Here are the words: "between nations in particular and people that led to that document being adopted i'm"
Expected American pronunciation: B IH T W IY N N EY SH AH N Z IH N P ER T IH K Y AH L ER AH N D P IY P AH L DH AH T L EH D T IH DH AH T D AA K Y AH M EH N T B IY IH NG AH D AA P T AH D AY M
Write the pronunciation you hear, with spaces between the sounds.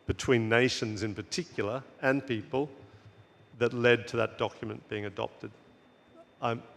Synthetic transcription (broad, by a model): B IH T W IY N N EY SH AH N Z IH N P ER T IH K Y L ER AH N P IY P AH L DH AH T L EH D T IH DH AH T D AA K Y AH M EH N B IY IH NG AH D AA P T AH D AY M